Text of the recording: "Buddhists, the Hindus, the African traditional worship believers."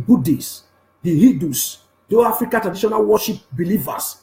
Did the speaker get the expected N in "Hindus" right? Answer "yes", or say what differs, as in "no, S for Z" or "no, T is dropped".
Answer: no, N is dropped